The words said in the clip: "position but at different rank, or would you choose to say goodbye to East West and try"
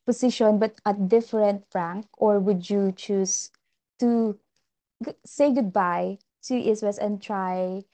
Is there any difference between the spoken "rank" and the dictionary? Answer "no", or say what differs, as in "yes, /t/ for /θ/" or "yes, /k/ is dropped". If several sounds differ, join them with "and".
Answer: no